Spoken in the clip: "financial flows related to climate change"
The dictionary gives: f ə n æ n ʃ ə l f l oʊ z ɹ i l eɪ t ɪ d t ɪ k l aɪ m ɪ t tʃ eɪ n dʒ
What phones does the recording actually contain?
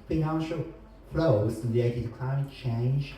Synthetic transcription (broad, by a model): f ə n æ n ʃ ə l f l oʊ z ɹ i eɪ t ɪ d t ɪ k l aɪ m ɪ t tʃ eɪ n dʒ